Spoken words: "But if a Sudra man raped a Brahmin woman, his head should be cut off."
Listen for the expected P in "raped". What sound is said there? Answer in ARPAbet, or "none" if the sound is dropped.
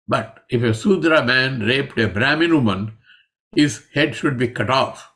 P